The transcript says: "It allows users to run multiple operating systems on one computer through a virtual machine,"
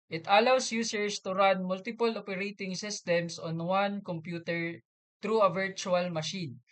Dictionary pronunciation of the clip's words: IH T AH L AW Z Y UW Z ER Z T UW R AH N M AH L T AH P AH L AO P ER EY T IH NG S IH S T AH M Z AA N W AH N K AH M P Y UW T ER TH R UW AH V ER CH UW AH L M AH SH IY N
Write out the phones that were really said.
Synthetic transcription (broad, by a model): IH T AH L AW S Y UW S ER S T UW R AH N M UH L T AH P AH L AO P ER EY T IH NG S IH S T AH M S AA N W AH N K AH M P Y UW T ER T R UW AH V ER CH UW AH L M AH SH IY N